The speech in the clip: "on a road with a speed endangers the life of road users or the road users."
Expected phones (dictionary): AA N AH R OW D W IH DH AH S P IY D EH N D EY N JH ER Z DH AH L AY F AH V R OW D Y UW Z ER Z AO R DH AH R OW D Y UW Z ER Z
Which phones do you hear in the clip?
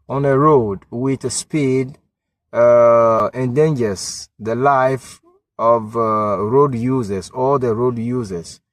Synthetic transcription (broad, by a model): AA N AH R OW D W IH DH AH S P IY D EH N D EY N JH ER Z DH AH L AY F AH V R OW D Y UW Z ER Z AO L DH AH R OW D Y UW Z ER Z